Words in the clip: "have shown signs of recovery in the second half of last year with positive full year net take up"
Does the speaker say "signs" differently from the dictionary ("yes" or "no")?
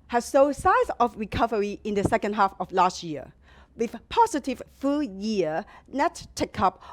yes